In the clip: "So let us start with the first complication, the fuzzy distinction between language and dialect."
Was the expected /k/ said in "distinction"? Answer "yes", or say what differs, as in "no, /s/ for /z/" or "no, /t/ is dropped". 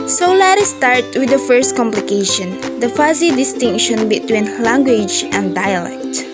yes